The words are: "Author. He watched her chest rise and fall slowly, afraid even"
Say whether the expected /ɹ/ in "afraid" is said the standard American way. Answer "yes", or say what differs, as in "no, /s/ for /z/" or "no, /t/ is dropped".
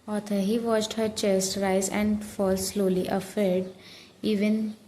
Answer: no, /ɹ/ is dropped